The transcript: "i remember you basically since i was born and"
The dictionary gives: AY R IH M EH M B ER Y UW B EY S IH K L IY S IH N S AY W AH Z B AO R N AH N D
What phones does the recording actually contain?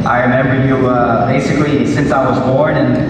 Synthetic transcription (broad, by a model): AY R IH M EH M B ER Y UW B EY S IH K L IY S IH N S AY W AH Z B AO R N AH N